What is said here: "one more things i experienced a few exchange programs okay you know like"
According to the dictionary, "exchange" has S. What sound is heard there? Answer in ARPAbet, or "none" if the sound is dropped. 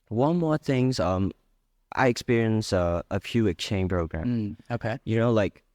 none